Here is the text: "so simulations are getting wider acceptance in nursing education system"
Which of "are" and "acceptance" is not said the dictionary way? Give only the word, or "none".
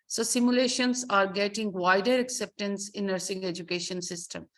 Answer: none